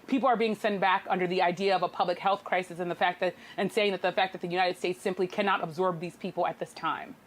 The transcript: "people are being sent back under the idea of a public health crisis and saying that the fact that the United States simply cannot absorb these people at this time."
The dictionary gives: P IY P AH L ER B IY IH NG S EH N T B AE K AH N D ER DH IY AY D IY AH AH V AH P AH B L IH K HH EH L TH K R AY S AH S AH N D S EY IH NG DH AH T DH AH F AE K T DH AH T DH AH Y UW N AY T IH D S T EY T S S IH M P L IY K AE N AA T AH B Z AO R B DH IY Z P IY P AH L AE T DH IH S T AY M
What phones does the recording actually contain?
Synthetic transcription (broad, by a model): P IY P L ER B IY IH NG S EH N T B AE K AH N D ER DH IY AY D IY AH AH V AH P AH B L IH K HH EH L TH K R AY S AH S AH N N S EY IH NG DH AH T DH AH F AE K DH AH T DH AH Y UW N AY T IH D S T EY T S S IH M P L IY K AE N AA T AH B Z AO R B DH IY Z P IY P L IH T DH IH S T AY M